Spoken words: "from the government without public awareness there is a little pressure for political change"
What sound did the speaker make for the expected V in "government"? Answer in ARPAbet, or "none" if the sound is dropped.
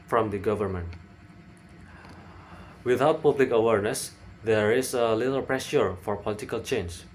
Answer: V